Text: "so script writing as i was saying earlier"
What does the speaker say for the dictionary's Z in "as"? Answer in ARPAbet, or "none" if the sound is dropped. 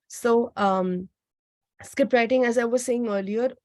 Z